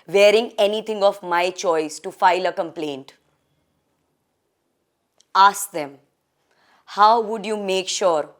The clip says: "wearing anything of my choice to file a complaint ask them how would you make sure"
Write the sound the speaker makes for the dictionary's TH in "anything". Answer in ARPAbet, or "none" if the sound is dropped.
T